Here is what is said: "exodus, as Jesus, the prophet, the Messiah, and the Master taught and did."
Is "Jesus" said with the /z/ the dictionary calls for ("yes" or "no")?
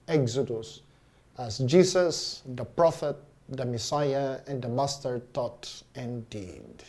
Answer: no